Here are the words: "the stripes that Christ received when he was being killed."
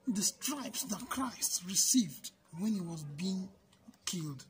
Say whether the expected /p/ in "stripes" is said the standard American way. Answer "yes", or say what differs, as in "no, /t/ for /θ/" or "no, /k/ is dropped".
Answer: yes